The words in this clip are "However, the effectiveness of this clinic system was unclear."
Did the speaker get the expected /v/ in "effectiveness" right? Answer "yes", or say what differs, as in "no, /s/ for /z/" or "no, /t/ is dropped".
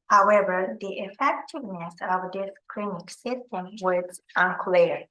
yes